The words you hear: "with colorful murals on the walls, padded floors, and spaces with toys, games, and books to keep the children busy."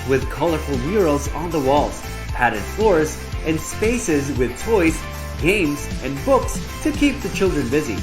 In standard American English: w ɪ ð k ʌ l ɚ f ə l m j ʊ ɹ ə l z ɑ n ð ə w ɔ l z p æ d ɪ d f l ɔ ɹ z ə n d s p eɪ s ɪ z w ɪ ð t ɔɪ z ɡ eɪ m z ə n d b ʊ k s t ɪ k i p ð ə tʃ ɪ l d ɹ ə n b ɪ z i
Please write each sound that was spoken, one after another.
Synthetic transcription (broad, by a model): w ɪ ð k ʌ l ɚ f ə l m j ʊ ɹ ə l z n ð ə w ɔ l z p æ d ɪ d f l ɔ ɹ z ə n s p eɪ s ɪ z w ɪ ð t ɔɪ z ɡ eɪ m z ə n b ʊ k s t ɪ k i p ð ə tʃ ɪ l d ɹ ə n b ɪ z i